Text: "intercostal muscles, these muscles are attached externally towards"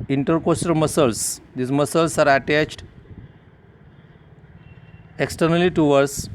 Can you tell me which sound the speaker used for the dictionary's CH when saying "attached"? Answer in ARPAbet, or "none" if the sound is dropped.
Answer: CH